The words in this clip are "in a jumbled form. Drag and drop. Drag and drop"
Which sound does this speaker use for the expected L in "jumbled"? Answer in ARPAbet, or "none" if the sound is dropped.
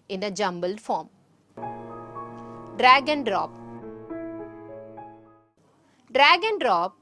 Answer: L